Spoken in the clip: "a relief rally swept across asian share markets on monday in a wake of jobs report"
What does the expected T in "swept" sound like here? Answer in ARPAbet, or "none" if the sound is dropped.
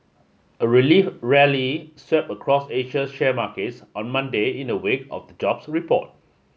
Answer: none